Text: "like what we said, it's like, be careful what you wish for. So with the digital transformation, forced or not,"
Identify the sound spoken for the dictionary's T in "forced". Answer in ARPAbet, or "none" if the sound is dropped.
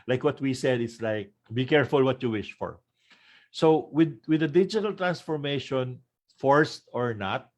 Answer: T